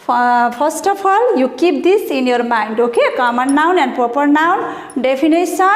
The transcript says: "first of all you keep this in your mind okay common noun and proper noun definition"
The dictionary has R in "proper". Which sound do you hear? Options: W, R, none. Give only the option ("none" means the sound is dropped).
R